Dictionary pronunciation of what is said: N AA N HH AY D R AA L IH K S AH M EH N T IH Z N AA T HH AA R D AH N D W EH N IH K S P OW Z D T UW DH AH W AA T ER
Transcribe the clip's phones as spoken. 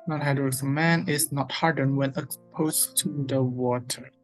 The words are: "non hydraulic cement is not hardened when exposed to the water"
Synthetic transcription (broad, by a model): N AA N HH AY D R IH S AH M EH N IH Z N AA T HH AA R D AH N W EH N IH K S P OW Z T UW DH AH W AA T ER